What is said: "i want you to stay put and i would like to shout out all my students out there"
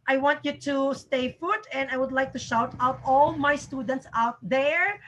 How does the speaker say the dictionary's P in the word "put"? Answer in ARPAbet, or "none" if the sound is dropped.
F